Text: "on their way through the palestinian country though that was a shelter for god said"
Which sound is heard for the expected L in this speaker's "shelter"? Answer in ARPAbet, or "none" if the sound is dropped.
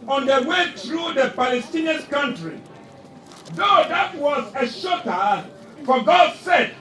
none